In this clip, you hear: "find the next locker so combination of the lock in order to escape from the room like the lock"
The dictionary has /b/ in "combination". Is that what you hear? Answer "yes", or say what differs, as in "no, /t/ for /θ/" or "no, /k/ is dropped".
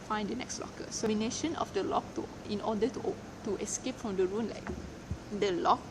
no, /b/ is dropped